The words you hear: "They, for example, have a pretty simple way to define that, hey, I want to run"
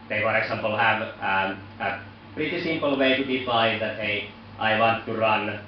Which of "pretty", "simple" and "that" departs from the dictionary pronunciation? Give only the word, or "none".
pretty